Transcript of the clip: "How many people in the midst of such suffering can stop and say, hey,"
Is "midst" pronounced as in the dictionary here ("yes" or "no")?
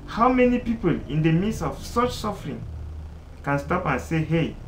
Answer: no